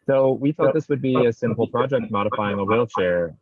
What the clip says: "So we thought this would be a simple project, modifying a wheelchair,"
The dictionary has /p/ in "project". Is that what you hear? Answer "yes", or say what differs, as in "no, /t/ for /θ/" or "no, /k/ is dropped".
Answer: yes